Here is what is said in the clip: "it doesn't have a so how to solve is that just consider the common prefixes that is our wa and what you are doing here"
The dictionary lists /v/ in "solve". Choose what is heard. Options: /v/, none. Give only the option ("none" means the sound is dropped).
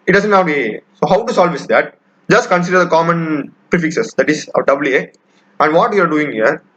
/v/